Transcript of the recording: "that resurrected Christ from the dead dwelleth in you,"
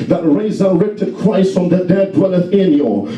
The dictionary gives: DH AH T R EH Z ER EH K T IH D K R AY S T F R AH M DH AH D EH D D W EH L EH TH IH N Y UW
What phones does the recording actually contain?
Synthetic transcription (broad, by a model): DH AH T R EH Z ER EH K T IH D K R AY S T F R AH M DH AH D EH D D W EH L EH TH IH N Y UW